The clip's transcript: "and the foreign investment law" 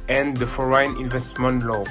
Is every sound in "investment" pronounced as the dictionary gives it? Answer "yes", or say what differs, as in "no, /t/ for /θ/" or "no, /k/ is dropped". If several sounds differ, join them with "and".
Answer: yes